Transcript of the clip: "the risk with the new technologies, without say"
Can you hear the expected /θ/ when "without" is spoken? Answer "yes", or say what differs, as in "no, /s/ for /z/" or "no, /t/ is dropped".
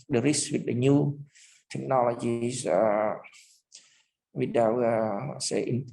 no, /t/ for /θ/